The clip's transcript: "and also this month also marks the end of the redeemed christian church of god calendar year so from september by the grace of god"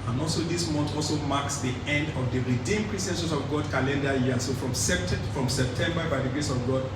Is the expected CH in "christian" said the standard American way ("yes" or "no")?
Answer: no